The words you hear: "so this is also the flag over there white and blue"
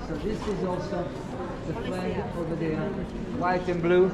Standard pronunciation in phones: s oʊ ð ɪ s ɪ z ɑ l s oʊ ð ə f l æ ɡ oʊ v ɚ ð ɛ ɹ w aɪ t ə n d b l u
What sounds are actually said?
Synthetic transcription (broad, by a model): s oʊ ð ɪ s ɪ z ɑ l s oʊ ð ə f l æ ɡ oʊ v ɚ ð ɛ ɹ w aɪ t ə n b l u